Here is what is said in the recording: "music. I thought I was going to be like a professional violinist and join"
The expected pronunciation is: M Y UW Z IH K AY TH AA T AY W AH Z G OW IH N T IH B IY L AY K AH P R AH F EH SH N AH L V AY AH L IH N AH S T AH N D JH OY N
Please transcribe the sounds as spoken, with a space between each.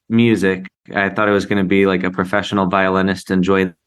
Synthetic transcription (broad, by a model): M Y UW Z IH K AY TH AA T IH W AH Z G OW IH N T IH B IY L AY K AH P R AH F EH SH N L V AY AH L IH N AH S T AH N JH OY